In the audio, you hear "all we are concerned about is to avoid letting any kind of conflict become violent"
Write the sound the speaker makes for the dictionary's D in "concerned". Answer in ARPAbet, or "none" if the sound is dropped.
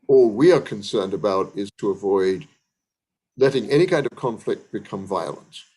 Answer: D